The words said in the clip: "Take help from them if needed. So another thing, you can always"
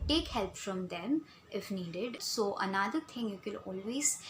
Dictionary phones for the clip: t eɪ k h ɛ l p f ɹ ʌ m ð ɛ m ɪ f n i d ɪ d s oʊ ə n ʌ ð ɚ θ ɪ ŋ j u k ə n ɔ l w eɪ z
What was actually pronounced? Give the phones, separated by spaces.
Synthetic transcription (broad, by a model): t eɪ k h ɛ l p f ɹ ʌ m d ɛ m ɪ f n i d ɪ d s oʊ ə n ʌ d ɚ t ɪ ŋ j u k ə l ɔ l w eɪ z